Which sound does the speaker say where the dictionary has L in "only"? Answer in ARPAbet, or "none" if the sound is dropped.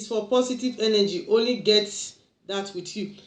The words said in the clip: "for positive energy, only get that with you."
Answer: L